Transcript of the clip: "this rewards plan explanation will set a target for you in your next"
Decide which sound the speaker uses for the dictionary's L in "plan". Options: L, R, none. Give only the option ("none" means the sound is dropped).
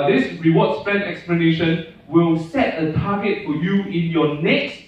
none